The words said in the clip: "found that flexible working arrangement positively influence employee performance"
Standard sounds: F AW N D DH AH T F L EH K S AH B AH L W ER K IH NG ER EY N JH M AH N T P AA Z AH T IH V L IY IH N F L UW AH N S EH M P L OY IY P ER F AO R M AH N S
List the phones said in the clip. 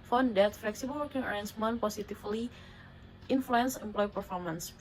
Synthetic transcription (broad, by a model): F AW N D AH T F L EH K S AH B AH L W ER K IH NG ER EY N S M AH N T P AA S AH T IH F L IY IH N F L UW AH N S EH M P L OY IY P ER F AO R M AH N S